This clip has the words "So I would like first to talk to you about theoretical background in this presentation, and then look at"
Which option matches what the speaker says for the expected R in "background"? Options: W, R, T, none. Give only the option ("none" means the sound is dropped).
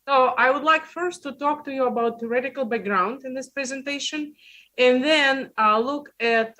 R